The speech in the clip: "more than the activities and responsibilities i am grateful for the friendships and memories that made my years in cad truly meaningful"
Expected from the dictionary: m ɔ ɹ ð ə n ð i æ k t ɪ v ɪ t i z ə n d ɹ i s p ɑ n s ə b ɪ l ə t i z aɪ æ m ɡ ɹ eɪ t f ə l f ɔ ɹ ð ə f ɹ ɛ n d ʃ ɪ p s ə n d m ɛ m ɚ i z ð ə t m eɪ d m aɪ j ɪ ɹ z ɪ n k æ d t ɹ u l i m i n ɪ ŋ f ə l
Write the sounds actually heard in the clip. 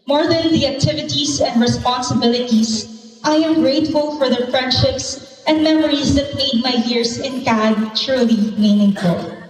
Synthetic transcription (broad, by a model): m ɔ ɹ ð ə n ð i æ k t ɪ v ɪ t i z ə n d ɹ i s p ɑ n s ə b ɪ l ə t i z aɪ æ m ɡ ɹ eɪ t f ə l f ɔ ɹ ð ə f ɹ ɛ n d ʃ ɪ p s ə n d m ɛ m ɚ i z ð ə t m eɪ d m aɪ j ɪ ɹ s ɪ n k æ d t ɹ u l i m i n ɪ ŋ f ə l